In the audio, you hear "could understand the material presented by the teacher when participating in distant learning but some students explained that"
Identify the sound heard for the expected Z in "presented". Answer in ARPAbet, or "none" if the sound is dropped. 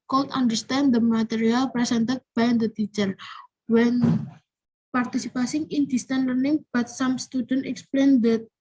S